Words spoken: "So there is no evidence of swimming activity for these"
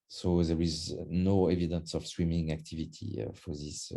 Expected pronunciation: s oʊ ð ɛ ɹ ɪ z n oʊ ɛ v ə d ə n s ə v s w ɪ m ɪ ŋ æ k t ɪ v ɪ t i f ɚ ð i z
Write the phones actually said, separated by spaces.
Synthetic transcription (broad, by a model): s oʊ ð ɛ ɹ ɪ z n oʊ ɛ v ə d ə n s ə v s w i m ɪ ŋ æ k t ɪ v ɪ t i f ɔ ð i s